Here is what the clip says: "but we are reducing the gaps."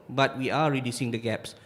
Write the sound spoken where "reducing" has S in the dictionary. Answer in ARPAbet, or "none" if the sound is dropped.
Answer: S